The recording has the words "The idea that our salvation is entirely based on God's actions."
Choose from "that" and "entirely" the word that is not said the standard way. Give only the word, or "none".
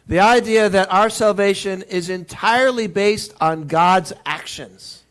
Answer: none